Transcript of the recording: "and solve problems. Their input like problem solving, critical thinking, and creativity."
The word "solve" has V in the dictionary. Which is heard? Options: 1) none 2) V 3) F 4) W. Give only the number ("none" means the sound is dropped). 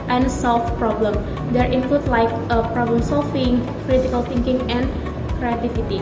3